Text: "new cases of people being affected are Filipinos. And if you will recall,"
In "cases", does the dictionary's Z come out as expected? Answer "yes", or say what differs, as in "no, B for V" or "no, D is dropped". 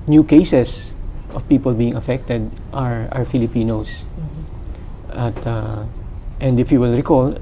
no, S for Z